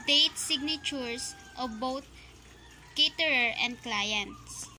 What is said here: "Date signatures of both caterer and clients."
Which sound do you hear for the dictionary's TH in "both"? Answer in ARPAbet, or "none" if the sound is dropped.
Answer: T